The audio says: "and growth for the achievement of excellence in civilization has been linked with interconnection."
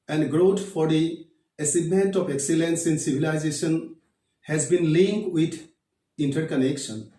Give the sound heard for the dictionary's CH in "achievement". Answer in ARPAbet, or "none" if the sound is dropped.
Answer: S